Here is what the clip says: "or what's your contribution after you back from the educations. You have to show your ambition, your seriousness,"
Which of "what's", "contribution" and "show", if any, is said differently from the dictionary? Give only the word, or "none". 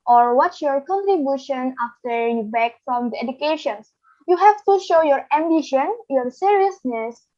what's